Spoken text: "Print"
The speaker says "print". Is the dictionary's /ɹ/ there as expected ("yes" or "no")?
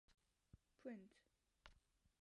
no